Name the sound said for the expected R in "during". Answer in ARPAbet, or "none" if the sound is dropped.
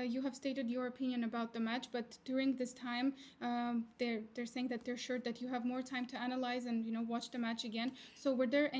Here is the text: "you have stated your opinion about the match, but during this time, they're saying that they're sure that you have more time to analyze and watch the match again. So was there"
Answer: R